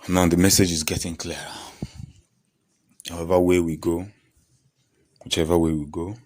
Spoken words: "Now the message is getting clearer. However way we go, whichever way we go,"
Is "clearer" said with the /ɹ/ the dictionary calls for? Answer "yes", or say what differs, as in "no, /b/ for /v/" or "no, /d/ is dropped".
no, /ɹ/ is dropped